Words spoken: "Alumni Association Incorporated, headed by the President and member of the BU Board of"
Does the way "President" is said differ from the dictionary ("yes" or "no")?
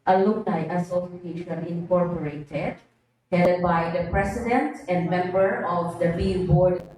yes